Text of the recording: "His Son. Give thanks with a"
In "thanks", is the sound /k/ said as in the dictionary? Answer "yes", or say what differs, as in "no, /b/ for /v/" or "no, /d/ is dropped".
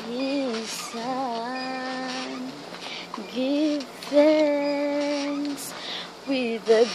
no, /k/ is dropped